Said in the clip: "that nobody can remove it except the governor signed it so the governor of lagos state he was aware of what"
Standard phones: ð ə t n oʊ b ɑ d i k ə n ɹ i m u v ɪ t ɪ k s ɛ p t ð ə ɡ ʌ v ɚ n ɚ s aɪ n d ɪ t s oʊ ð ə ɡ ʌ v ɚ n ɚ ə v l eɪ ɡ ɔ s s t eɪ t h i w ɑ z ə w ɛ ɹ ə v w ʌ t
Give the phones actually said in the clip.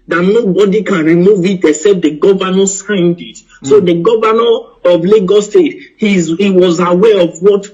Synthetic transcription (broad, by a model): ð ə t n oʊ b ɑ d i k ə n ɹ i m u v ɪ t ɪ s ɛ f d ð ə ɡ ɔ v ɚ n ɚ s aɪ n d ɪ t s oʊ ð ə ɡ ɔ v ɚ n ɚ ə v l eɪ ɡ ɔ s s t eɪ t h i w ɑ z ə w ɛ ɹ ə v w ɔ t